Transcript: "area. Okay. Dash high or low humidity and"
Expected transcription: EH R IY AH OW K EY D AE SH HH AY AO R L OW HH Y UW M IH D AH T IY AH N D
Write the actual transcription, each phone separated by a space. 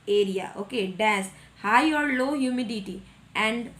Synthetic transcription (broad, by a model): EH R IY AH OW K EY D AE S HH AY AO R L OW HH Y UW M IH D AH T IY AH N D